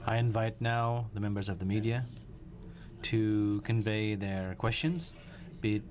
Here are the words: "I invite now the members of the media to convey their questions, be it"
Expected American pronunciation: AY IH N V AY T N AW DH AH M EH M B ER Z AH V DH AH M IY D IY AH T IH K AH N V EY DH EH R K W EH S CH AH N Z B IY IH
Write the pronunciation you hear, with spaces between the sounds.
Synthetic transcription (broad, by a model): AY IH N V AY T N AW DH AH M EH M B ER Z AH V DH AH M IY D IY AH T IH K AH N V EY DH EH R K W EH S CH AH N Z B IY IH